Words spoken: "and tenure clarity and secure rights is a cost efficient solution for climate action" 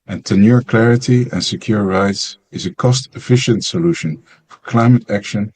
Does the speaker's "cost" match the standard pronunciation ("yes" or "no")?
yes